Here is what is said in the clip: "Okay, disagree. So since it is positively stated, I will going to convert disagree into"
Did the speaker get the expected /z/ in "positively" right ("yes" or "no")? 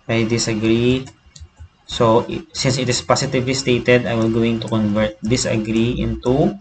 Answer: no